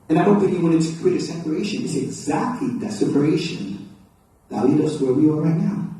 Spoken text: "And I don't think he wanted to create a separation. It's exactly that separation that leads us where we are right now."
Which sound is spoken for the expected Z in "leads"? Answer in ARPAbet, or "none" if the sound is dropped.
none